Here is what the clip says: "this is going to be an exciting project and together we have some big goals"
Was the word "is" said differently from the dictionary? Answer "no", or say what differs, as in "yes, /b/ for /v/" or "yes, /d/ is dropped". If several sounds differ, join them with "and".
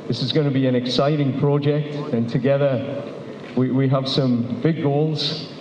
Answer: no